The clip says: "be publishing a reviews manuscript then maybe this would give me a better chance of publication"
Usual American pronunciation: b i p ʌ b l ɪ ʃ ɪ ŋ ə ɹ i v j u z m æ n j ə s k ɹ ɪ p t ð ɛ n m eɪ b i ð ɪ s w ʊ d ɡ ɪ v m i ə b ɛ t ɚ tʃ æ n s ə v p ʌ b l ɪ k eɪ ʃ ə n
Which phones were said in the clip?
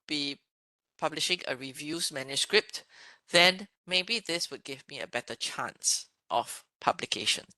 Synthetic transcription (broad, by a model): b i p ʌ b l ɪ ʃ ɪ ŋ ə ɹ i v j u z m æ n j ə s k ɹ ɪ p t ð ɛ n m eɪ b i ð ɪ s w ʊ d ɡ ɪ v m i ə b ɛ t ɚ tʃ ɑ n s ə f p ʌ b l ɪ k eɪ ʃ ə n